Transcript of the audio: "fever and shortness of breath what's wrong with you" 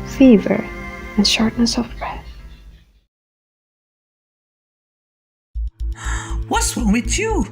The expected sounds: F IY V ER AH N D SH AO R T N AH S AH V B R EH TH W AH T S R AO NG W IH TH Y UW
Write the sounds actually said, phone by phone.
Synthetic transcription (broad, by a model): F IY V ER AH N SH AO R T N AH S AH V B R EH TH W AH T S W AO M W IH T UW